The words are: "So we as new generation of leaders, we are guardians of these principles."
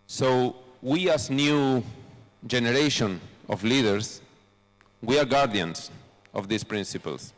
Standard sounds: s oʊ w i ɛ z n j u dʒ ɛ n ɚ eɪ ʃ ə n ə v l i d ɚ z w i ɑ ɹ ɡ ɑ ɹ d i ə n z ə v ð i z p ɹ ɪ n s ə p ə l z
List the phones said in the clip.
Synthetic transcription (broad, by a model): s oʊ w i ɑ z n j u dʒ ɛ n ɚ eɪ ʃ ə n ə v l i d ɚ s w i ɑ ɹ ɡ ɑ ɹ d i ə n s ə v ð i s p ɹ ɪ n s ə p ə l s